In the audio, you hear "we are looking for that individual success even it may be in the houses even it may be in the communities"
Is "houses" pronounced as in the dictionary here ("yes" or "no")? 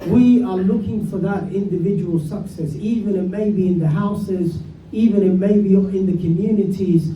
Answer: yes